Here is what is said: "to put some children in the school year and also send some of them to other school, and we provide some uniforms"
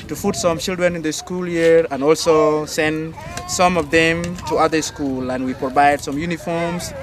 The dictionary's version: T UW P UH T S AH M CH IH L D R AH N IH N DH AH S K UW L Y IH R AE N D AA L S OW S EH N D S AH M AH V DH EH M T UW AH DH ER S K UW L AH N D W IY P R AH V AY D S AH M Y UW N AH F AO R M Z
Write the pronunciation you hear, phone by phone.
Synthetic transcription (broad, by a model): T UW F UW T S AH M CH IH L D R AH N IH N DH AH S K UW L Y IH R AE N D AA L S OW S EH N D S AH M AH V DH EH M T UW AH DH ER S K UW L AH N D W IY P R AH V AY D S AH M Y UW N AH F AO R M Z